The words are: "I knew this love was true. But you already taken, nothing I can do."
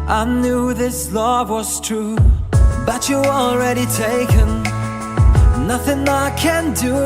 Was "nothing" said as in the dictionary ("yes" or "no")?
yes